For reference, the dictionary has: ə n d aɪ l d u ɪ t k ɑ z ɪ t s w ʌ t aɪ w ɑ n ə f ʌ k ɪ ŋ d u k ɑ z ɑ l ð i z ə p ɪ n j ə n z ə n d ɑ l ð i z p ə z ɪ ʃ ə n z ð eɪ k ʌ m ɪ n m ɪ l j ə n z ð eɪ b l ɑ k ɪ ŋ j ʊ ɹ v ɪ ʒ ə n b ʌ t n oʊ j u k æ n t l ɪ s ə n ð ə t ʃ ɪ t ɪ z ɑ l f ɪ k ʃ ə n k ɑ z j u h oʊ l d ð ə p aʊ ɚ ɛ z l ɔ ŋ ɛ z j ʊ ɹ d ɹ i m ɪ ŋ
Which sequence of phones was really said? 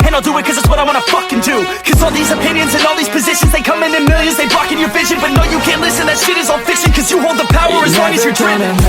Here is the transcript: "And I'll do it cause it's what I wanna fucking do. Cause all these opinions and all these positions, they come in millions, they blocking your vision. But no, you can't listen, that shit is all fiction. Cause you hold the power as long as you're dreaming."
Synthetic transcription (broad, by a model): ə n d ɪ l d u ɪ t k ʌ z ɪ t s w ʌ t aɪ w ɑ n ə f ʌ k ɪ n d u k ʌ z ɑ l ð i z ə p ɪ n j ə n z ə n ɑ l ð i z p ə z ɪ ʃ ə n z ð eɪ k ʌ m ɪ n m ɪ l j ə n z ð eɪ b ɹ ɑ k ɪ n j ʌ ɹ v ɪ ʒ ə n b ʌ t n oʊ j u k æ n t l ɪ s ə n ð ə t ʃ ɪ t ɪ z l f ɪ k s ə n k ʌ z j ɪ h oʊ l d ð ə p aʊ ɚ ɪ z w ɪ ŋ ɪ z j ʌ ɹ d ɹ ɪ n